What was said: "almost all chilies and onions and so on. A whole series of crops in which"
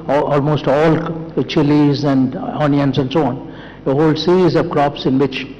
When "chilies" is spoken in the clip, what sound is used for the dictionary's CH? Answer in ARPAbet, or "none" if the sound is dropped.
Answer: CH